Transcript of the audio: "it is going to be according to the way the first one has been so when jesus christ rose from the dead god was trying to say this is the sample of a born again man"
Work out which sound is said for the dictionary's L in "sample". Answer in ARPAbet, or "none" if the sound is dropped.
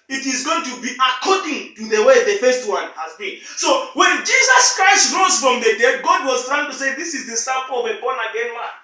W